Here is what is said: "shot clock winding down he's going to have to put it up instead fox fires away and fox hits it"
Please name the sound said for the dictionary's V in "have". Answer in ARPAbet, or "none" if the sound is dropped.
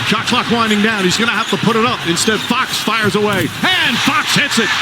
F